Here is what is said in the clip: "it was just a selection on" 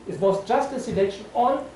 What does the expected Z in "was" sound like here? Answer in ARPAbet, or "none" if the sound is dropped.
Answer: S